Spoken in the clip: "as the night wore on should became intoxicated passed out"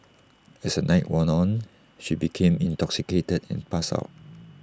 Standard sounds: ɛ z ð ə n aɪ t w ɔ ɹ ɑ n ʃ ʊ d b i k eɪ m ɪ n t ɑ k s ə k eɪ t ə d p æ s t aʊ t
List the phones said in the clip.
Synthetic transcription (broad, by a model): ɛ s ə n aɪ t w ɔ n ɑ n ʃ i b i k eɪ m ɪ n t ɑ k s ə k eɪ t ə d p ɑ s aʊ t